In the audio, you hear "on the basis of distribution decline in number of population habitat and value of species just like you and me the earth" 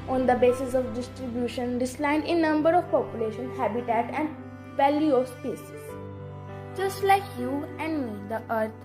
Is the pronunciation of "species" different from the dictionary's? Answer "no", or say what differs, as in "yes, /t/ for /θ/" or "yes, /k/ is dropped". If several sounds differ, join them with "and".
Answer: yes, /s/ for /ʃ/